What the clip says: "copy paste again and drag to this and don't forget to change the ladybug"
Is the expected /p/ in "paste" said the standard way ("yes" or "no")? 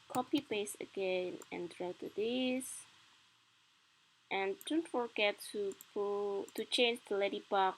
no